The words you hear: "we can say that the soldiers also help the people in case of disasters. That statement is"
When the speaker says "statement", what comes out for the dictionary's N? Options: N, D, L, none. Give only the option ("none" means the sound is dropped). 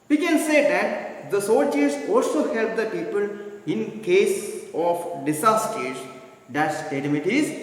none